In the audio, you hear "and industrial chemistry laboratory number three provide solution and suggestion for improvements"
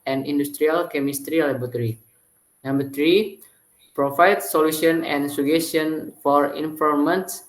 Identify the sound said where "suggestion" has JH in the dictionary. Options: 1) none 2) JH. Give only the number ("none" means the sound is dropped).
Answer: 1